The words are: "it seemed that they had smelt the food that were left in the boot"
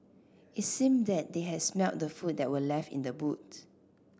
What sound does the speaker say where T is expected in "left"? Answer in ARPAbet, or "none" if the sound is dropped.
T